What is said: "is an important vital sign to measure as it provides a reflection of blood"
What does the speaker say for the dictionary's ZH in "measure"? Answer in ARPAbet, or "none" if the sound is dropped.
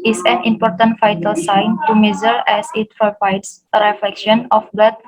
Z